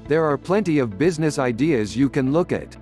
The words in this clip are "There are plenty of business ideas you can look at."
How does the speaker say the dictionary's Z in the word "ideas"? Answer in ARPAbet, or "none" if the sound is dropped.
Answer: Z